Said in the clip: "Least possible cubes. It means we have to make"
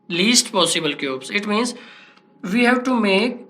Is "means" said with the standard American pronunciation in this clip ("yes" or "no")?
yes